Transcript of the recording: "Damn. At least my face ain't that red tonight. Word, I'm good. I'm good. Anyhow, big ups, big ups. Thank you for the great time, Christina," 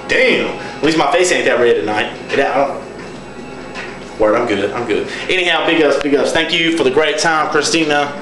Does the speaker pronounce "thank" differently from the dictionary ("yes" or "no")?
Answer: no